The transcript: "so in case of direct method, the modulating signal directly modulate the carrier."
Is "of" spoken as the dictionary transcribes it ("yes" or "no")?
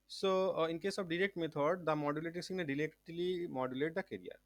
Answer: no